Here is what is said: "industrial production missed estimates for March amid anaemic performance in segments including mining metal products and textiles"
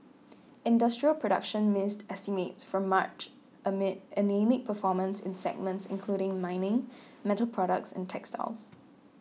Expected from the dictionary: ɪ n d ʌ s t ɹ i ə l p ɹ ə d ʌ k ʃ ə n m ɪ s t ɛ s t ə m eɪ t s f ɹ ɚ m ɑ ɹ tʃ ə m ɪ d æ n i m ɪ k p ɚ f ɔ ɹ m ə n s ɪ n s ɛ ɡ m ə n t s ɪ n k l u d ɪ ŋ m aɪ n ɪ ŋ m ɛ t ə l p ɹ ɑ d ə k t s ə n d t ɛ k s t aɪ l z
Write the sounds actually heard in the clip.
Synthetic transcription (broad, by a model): ɪ n d ʌ s t ɹ i ə l p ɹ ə d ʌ k ʃ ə n m ɪ s t ɛ s t ə m eɪ t s f ɹ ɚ m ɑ tʃ ə m ɪ d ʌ n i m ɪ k p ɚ f ɔ m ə n s ɪ n s ɛ ɡ m ə n t s ɪ n k l u d ɪ ŋ m aɪ n ɪ ŋ m ɛ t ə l p ɹ ɑ d ə k t s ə n t ɛ k s t aɪ l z